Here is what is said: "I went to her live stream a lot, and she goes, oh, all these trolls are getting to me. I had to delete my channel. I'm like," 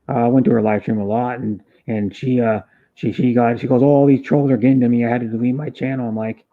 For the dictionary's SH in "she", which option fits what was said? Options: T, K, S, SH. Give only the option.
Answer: SH